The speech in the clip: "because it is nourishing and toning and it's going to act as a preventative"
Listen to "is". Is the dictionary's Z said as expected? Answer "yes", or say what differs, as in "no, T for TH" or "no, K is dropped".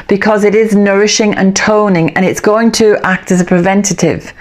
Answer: yes